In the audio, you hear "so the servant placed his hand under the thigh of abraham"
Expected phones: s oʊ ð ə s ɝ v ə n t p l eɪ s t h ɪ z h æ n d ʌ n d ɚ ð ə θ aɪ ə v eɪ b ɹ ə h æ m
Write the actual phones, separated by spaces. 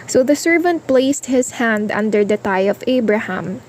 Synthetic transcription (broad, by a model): s oʊ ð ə s ɝ v ə n t p l eɪ s t h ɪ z h æ n d ʌ n d ɚ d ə t aɪ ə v eɪ b ɹ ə h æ m